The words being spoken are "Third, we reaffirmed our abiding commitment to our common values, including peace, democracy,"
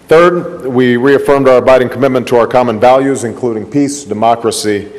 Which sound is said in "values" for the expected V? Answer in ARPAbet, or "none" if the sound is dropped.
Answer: V